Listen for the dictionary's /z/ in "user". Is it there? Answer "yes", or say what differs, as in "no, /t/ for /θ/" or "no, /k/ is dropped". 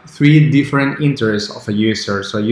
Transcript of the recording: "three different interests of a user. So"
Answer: no, /s/ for /z/